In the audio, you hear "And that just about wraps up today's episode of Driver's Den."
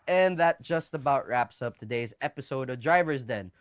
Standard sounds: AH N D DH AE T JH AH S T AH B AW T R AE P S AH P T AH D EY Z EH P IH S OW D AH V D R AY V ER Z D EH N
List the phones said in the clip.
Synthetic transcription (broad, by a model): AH N DH AE T JH AH S T AH B AW T R AE P S AH P T AH D EY Z EH P IH S OW D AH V D R AY V ER Z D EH N